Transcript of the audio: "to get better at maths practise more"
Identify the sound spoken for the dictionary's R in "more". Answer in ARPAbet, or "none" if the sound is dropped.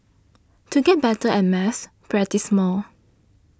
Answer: L